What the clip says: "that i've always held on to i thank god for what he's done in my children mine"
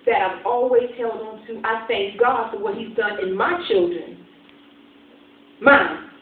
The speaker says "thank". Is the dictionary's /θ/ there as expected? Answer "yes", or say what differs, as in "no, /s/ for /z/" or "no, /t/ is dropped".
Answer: yes